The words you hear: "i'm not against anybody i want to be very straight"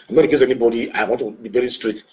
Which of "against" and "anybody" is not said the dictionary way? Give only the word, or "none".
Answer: against